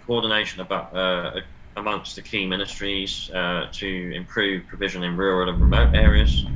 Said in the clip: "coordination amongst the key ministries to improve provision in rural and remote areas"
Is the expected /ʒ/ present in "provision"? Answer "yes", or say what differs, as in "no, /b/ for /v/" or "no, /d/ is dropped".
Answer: yes